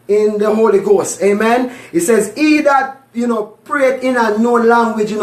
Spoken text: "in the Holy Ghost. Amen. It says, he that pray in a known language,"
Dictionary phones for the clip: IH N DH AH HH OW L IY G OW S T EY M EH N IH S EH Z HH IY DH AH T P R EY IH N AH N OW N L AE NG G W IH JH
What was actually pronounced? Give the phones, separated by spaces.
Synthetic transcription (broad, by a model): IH N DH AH HH OW L IY G OW S T EY M EH N IH S EH Z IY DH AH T P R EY IH N AH N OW L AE NG G W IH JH